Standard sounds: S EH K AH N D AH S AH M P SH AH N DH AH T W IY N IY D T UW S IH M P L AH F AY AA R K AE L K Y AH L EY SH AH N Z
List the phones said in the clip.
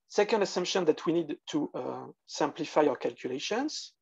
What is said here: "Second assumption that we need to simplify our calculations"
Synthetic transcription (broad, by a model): S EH K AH N D AH S AH M P SH AH N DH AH T W IY N IY D T UW S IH M P L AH F AY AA W K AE L K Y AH L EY SH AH N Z